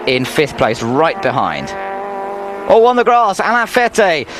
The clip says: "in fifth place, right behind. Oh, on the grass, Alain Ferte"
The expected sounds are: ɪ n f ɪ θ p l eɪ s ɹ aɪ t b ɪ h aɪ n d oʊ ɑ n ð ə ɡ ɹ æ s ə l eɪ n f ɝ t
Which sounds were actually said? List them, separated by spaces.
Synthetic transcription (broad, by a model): ɪ n f ɪ θ p l eɪ s ɹ aɪ t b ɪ h aɪ n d oʊ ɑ n ð ə ɡ ɹ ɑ s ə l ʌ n f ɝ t